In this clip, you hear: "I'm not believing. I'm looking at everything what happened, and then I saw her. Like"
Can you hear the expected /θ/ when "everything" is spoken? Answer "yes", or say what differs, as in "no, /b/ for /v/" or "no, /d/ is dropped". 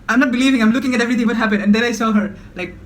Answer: no, /t/ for /θ/